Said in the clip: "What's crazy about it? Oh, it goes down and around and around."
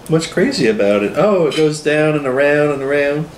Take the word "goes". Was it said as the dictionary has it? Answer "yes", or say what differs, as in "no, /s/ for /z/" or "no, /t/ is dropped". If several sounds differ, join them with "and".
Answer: yes